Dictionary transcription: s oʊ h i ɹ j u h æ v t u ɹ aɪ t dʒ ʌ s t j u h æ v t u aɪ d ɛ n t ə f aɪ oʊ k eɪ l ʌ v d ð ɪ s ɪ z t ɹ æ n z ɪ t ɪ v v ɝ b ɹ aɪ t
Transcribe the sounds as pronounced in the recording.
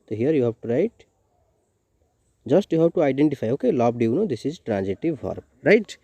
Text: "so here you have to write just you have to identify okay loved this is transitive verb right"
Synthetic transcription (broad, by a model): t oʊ h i ɹ j u h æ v t u ɹ aɪ t dʒ ʌ s t j u h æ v t u aɪ d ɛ n t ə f aɪ oʊ k eɪ l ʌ b d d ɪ s ɪ z t ɹ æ n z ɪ t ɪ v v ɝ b ɹ aɪ t